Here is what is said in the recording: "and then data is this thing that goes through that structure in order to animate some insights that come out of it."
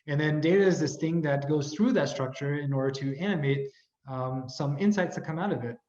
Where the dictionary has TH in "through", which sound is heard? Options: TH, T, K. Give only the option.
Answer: TH